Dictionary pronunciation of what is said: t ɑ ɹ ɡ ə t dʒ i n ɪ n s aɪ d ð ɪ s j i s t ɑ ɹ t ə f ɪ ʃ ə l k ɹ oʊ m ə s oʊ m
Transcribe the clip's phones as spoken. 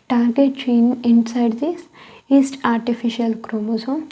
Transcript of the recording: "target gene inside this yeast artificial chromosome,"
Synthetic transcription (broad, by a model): t ɑ ɹ ɡ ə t tʃ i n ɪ n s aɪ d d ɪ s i s t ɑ ɹ t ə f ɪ ʃ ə l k ɹ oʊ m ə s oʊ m